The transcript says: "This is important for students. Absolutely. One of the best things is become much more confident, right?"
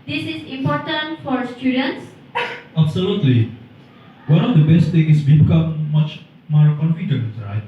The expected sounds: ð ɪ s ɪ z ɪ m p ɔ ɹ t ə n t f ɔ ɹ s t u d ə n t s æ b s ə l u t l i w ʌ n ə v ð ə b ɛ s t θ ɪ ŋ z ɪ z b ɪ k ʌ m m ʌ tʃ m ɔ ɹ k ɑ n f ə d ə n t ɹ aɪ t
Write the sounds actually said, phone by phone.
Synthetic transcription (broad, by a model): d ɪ s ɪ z ɪ m p ɔ ɹ t ə n t f ɔ ɹ s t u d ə n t s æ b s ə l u t l i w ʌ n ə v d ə b ɛ s t t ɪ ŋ ɪ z b ɪ k ʌ m m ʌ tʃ m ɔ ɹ k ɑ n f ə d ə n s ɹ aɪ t